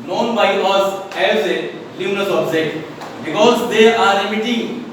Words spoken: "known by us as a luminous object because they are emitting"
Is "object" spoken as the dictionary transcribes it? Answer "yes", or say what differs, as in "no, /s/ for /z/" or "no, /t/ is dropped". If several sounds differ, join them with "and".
no, /k/ is dropped